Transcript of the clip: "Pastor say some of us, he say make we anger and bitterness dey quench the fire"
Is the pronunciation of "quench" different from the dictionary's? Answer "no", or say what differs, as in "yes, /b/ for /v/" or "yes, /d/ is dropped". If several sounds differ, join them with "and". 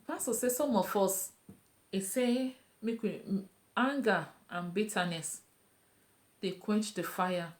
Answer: no